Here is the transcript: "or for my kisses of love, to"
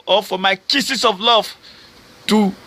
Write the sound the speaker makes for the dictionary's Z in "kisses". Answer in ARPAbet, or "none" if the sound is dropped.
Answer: S